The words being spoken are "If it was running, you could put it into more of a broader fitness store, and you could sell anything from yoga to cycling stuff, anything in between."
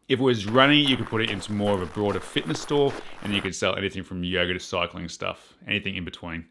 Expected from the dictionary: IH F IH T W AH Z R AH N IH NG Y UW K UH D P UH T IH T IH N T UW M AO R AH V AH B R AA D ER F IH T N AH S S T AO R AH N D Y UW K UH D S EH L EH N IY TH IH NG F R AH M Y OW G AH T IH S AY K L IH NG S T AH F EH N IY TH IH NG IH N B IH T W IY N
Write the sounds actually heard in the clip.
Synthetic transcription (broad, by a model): IH F IH T W AH Z R AH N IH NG Y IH K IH D P UH T IH T IH N T UW M AO R AH V AH B R AA D ER F IH T N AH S S T AO R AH N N Y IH K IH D S EH L EH N IY TH IH NG F R AH M Y OW G AH T IH S AY K L IH NG S T AH F EH N IY TH IH NG IH N B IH T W IY N